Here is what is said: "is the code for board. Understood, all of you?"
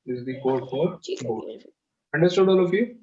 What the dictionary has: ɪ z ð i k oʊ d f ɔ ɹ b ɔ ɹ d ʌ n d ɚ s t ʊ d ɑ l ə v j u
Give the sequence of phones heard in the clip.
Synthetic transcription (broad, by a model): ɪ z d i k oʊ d f ɔ ɹ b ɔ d ʌ n d ɚ s t ʊ d ɑ l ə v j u